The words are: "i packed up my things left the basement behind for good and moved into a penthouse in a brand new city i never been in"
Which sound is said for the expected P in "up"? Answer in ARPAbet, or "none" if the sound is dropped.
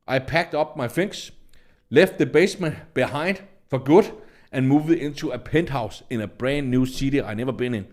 B